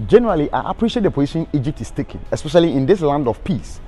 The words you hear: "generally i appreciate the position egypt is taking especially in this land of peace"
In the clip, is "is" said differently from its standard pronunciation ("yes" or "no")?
yes